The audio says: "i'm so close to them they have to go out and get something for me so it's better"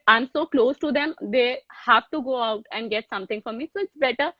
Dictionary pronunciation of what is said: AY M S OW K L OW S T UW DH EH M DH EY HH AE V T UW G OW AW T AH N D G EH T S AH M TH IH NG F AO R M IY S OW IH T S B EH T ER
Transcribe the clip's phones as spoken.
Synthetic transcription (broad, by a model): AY M S OW K L OW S T UW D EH M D EY HH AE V T UW G OW AW T AH N D G EH T S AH M T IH NG F AO R M IY S OW IH T S B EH T ER